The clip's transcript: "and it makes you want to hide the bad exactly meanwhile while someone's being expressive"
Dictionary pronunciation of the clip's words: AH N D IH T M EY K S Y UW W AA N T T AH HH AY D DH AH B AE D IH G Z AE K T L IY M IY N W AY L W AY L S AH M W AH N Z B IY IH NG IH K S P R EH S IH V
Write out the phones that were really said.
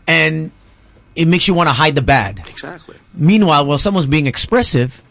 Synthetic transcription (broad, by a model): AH N IH T M EY K S Y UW W AA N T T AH HH AY D DH AH B AE D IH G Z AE K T L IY M IY N W AY L W AY L S AH M W AH N Z B IY IH NG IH K S P R EH S IH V